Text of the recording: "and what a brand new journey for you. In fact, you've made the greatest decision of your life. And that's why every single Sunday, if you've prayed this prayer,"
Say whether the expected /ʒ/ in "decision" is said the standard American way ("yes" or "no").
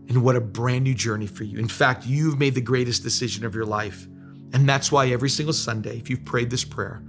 yes